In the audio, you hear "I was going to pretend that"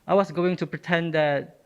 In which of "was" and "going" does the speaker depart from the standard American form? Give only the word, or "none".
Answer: was